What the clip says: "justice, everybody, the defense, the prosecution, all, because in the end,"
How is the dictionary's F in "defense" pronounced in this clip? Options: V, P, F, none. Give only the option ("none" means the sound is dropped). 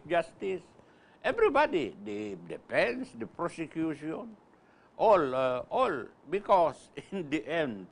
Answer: P